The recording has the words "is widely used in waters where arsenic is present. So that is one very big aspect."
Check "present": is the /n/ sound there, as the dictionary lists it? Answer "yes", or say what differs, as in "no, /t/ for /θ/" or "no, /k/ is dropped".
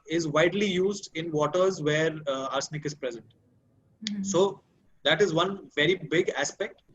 yes